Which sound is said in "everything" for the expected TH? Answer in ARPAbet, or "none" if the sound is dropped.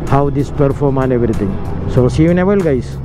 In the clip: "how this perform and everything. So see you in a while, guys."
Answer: T